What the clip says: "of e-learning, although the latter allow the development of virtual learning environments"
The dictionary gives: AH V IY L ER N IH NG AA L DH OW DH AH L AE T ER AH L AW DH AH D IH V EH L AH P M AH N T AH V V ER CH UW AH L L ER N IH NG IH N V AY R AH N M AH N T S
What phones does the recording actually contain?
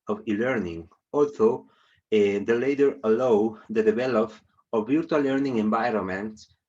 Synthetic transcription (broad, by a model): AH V IY L ER N IH NG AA L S OW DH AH L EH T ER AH L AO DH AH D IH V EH L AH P AH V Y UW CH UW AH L L ER N IH NG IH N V AY R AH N M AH N T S